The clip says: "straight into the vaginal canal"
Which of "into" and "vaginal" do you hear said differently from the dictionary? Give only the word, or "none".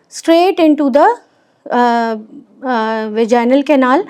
none